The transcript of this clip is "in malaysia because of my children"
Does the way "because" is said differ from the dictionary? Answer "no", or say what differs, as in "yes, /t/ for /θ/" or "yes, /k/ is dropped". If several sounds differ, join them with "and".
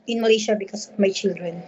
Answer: yes, /s/ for /z/